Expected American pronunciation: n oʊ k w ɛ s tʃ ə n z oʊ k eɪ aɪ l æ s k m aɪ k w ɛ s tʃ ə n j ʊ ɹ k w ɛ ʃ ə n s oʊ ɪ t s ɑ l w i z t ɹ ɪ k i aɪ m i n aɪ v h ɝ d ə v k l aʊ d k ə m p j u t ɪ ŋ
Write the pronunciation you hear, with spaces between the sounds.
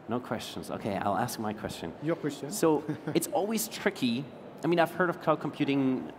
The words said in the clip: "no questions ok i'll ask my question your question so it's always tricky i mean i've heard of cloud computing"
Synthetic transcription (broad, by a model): n oʊ k w ɛ s tʃ ə n z oʊ k eɪ aɪ l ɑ s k m aɪ k w ɛ s tʃ ə n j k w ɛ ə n s oʊ ɪ t s ɑ l w i z t ɹ ɪ k i aɪ m i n aɪ v h ɝ d ə v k aʊ k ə m p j u t ɪ ŋ